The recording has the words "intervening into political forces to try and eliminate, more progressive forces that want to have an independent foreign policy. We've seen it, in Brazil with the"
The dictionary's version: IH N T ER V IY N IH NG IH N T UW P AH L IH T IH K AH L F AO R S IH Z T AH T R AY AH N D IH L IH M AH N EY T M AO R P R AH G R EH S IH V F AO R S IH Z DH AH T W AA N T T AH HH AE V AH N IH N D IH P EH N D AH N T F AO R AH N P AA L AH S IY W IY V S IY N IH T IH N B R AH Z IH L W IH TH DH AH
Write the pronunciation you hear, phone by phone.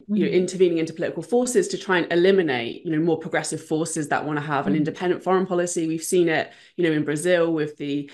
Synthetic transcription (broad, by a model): IH N T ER V IY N IH NG IH N T UW P AH L IH T IH K AH L F AO S IH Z T AH T R AY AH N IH L IH M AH N EY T M AO P R AH G R EH S IH V F AO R S IH Z DH AH T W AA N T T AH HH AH V AH N IH N D IH P EH N D AH N T F AO R AH N P AA L AH S IY W IY V S IY N IH T IH N B R AH Z IH L W IH DH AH